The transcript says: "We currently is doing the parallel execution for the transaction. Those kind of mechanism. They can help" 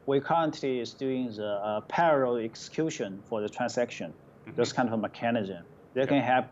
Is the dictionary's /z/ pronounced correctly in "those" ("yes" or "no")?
no